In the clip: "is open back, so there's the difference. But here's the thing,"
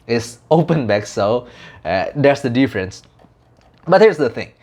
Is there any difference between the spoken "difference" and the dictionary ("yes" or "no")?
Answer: no